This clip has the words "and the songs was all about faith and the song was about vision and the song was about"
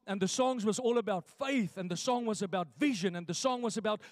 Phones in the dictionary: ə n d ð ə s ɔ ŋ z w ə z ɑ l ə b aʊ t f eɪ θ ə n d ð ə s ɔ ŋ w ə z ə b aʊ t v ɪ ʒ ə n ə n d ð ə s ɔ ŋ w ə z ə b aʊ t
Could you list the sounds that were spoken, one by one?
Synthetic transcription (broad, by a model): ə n ð ə s ɔ ŋ z w ə z ɑ l ə b aʊ t f eɪ θ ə n ð ə s ɔ ŋ w ə z ə b aʊ t v ɪ ʒ ə n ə n ð ə s ɔ ŋ w ə z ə b aʊ t